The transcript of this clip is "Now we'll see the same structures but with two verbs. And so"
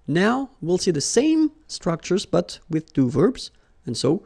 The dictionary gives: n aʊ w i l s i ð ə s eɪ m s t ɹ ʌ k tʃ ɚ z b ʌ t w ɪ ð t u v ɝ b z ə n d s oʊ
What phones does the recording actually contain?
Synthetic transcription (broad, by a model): n aʊ w i l s i ð ə s eɪ m s t ɹ ʌ k tʃ ɚ z b ʌ t w ɪ ð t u v ɝ b z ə n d s oʊ